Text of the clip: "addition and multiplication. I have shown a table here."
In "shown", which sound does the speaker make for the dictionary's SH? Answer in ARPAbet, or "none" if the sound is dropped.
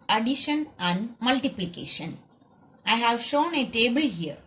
SH